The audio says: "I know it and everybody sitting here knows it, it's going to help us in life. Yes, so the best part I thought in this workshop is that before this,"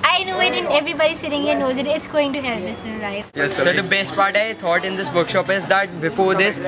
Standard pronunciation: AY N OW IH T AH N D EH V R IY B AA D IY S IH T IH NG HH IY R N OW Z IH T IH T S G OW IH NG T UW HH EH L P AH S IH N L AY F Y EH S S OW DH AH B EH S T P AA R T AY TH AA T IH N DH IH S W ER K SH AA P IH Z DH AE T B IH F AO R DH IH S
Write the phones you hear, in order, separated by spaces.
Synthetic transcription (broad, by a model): AY N OW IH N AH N EH V R IY B AA D IY S IH T IH NG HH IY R N OW Z IH T IH T S G OW IH NG T UW HH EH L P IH S IH N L AY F Y EH S S OW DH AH B EH S T P AA R T AY T AA T IH N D IH S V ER K SH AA P IH Z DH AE T B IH F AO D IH S